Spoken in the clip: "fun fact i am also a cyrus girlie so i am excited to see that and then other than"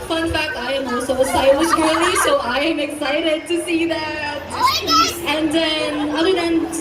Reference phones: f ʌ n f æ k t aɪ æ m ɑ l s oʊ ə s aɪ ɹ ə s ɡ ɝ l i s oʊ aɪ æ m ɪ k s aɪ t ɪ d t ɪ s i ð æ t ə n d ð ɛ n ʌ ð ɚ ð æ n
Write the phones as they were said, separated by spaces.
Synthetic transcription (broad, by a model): f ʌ n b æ k aɪ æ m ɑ s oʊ ə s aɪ ə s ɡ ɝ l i s oʊ aɪ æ m ɪ k s aɪ t ɪ d t ɪ s i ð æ t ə n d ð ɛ n ʌ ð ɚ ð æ n